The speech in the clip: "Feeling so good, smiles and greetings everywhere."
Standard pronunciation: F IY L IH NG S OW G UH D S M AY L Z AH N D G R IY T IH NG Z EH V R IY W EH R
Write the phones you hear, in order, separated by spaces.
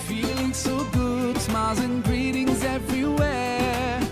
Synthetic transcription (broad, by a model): F IY L IH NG S OW G UH D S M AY Z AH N G R IY T IH NG Z EH V R IY W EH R